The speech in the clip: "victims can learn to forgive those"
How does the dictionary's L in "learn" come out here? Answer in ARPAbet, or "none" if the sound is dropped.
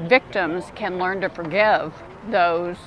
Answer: L